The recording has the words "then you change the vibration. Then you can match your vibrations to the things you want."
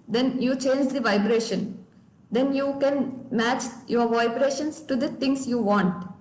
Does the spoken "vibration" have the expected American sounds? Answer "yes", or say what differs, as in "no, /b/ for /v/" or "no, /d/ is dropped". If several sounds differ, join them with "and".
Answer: yes